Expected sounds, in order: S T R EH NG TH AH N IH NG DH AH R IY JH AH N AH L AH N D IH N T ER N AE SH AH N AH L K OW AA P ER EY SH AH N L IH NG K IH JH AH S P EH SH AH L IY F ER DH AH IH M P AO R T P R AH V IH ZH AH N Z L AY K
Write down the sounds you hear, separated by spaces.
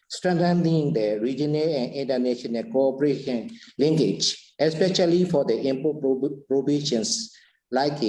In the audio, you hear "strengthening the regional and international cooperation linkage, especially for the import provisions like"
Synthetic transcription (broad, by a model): S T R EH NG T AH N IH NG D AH R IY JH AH N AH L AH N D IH N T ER N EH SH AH N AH N K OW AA P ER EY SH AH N L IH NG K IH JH AH S P EH SH AH L IY F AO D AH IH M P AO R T P R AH B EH SH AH N S L AY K